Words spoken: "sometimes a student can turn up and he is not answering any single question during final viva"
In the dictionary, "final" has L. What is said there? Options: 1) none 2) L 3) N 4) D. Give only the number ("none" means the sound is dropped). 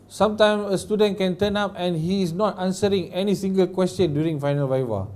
2